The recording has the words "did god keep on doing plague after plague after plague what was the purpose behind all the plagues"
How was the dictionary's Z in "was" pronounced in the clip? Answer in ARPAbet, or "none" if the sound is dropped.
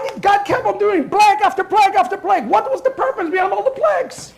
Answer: Z